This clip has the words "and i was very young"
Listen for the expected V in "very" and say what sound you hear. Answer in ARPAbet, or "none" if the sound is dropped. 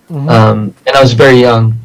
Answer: V